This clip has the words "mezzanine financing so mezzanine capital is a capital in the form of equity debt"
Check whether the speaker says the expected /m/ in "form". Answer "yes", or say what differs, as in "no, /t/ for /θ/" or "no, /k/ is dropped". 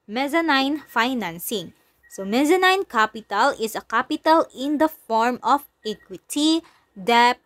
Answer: yes